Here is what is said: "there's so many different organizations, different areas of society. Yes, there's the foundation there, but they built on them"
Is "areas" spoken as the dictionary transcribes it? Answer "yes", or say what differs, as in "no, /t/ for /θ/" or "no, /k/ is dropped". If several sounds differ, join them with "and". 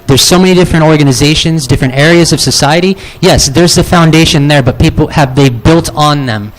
yes